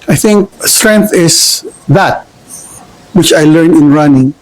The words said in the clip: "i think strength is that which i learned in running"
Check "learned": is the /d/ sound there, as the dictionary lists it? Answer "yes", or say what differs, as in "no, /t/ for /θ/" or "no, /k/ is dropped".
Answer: no, /d/ is dropped